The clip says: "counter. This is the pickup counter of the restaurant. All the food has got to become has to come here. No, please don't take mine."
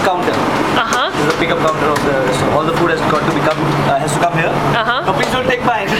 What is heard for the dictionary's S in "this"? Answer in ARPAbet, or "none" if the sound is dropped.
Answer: none